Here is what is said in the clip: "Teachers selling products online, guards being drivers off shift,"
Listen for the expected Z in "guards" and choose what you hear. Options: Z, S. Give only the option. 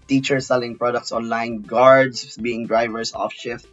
S